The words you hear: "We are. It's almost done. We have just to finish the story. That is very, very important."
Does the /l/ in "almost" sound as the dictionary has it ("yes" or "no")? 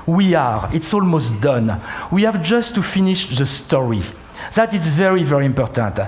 yes